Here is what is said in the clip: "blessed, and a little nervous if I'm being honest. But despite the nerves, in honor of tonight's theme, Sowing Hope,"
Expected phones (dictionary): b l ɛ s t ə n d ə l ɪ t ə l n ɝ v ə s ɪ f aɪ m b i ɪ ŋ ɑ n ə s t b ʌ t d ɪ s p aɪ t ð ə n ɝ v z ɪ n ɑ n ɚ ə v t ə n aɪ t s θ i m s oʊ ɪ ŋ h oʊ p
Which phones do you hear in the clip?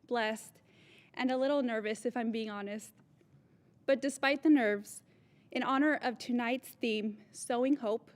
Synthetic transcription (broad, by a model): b l ɛ s t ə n ə l ɪ t l n ɝ v ə s ɪ f aɪ m b i ɪ ŋ ɑ n ə s t b ʌ t d ɪ s p aɪ t ð ə n ɝ v z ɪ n ɑ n ɚ ə v t ə n aɪ t s θ i m s oʊ ɪ ŋ h oʊ p